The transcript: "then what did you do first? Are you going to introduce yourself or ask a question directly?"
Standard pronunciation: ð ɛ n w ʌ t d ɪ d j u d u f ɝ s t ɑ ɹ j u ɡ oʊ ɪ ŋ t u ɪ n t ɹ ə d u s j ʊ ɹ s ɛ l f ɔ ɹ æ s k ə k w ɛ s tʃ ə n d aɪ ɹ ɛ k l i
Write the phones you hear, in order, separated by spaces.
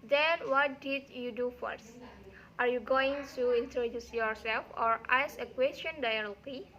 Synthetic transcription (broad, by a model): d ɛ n w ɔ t d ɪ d j u d u f ɝ s t ɑ ɹ j u ɡ oʊ ɪ ŋ t u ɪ n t ɹ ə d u s j ʊ ɹ s ɛ l f ɔ ɹ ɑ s ə k w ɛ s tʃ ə n d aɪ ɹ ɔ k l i